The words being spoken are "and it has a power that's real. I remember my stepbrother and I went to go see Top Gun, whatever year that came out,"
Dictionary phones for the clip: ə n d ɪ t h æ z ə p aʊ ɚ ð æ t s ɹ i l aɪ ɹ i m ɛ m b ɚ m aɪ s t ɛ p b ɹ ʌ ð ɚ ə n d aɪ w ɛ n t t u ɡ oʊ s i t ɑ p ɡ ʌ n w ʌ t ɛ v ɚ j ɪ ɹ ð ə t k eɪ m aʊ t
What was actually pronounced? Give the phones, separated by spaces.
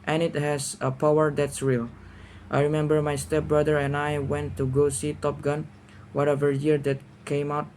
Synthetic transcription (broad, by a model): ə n ɪ t h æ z ə p aʊ ɚ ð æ t s ɹ i l aɪ ɹ i m ɛ m b ɚ m aɪ s t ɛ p b ɹ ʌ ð ɚ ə n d aɪ w ɛ n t t u ɡ oʊ s i t ɑ p ɡ ʌ n w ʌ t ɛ v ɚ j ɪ ɹ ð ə t k eɪ m aʊ t